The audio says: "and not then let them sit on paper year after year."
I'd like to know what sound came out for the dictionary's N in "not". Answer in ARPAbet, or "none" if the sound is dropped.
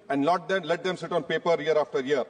L